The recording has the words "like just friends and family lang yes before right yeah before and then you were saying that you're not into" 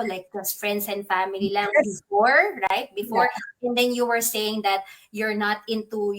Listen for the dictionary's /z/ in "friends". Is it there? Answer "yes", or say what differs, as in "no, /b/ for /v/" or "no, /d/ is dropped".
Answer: no, /s/ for /z/